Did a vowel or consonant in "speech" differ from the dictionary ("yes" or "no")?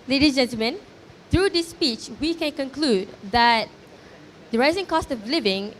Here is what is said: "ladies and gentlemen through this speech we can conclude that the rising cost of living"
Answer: no